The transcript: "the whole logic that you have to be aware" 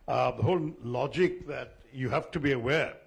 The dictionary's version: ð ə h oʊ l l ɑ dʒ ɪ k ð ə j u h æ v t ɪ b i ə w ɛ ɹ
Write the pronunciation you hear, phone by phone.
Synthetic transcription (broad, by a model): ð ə h oʊ l l ɑ dʒ ɪ k ð ə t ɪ h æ f t ɪ b i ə w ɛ ɹ